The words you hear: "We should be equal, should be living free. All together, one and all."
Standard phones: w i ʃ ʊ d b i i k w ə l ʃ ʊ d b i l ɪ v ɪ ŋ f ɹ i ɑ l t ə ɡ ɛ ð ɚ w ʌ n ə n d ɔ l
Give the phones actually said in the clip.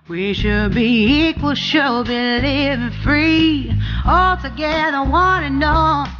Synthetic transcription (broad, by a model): w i ʃ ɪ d b i i k w ə l ʃ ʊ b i n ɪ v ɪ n f ɹ i ɑ l t ə ɡ ɛ ð ɚ w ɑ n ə n ɔ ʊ